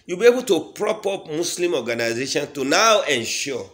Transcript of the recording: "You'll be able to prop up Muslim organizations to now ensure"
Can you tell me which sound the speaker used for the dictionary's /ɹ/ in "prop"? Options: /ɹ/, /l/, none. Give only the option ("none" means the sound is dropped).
/ɹ/